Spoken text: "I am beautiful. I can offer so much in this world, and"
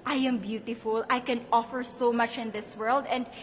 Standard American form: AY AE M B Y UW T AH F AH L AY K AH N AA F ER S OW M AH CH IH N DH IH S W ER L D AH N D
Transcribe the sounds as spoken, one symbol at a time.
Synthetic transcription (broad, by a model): AY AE M B Y UW T AH F AH L AY K AH N AA F ER S OW M AH CH IH N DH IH S W ER L D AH N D